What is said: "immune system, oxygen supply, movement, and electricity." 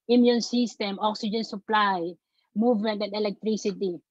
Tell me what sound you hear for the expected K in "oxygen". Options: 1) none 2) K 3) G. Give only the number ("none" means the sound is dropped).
2